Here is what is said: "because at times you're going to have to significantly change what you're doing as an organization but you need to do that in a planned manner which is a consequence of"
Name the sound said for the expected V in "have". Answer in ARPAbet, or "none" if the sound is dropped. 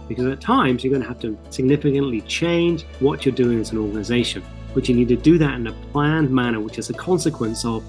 F